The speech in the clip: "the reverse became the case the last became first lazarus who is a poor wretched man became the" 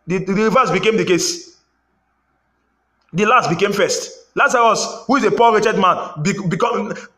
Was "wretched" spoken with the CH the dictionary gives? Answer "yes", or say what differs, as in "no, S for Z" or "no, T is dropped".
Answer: yes